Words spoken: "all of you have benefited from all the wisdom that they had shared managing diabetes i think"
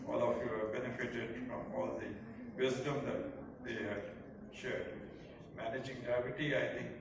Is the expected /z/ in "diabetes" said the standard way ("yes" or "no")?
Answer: no